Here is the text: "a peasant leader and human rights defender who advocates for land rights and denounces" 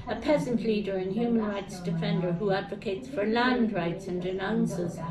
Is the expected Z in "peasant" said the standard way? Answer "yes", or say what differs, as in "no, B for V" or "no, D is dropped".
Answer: yes